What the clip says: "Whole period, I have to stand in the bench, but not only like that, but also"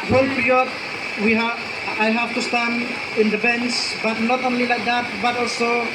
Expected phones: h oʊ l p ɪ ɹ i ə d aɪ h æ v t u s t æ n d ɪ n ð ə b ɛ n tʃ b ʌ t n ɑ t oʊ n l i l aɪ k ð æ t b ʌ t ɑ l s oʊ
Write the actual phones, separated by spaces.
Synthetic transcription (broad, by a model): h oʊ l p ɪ ɹ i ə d aɪ h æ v t u s t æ n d ɪ n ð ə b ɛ n s b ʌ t n ɑ t oʊ n l i l aɪ k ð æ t b ʌ t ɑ l s oʊ